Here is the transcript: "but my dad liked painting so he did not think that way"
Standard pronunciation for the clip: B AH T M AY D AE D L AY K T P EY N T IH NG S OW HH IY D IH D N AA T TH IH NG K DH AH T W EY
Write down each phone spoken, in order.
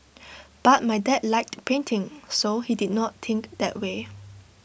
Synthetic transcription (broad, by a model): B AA T M AY D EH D L AY K T P EY N T IH NG S OW HH IY D IH D N AA T T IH NG K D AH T W EY